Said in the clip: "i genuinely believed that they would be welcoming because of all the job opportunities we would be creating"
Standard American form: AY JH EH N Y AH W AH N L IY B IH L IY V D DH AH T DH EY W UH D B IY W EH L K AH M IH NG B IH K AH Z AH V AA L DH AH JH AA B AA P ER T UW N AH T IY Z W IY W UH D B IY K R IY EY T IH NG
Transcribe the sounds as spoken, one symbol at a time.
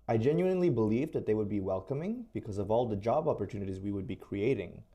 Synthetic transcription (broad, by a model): AY JH EH N Y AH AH N L IY B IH L IY V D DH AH T DH EY W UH D B IY W EH L K AH M IH NG B IH K AH Z AH V AA L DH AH JH AA B AA P ER T UW N AH T IY Z W IY W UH D B IY K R IY EY T IH NG